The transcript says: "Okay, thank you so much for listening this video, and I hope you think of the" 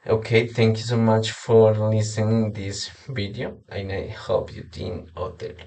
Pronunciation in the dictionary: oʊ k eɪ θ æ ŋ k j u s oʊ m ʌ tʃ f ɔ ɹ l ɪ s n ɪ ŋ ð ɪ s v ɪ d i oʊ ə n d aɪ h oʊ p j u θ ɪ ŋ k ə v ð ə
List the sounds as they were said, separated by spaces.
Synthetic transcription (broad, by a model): oʊ k eɪ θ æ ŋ k j u s oʊ m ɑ tʃ f ɔ ɹ l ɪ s ɪ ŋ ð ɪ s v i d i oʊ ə n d aɪ h oʊ p j u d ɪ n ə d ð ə